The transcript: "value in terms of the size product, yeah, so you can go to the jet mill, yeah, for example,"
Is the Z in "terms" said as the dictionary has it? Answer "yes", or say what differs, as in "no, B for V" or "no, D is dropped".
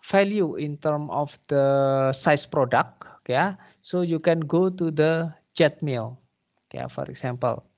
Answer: no, Z is dropped